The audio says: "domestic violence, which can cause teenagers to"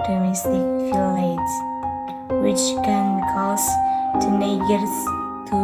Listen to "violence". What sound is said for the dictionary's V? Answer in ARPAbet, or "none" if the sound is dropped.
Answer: F